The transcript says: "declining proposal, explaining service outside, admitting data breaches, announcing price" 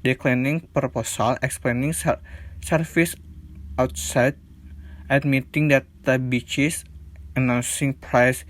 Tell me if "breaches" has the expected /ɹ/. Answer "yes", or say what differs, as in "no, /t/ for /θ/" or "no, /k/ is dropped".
no, /ɹ/ is dropped